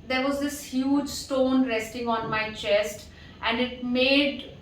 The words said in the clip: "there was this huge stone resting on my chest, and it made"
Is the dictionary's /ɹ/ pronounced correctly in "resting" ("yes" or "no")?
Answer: yes